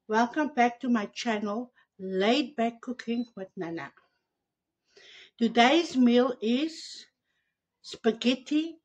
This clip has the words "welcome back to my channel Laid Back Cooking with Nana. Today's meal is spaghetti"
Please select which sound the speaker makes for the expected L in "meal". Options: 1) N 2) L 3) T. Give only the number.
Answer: 2